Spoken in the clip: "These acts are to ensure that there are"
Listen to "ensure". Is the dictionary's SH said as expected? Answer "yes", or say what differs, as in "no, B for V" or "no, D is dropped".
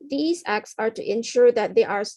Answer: yes